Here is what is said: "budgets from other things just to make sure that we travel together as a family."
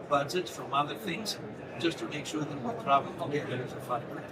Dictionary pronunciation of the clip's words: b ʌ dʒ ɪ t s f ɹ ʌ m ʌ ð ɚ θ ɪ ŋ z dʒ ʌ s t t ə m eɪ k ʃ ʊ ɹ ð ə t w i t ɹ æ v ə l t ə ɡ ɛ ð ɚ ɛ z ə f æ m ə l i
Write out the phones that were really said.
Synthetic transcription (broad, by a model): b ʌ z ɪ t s f ɹ ʌ m ʌ ð ɚ θ ɪ ŋ z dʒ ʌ s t t ə m eɪ k ʃ ʊ ɹ ð ə t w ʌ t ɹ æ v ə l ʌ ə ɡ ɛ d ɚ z ə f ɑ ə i